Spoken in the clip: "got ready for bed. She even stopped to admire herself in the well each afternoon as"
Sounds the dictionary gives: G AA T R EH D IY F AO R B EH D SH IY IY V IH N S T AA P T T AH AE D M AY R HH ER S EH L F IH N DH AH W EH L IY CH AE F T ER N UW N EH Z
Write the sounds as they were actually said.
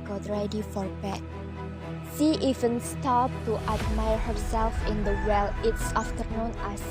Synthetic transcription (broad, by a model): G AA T R EH D IY F AO R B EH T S IY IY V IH N S T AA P T T AH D M AY R HH ER S EH L F IH N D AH W EH L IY S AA F T ER N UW N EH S